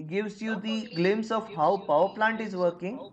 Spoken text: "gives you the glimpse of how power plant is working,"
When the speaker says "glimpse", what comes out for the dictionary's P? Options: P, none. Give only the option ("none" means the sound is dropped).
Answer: none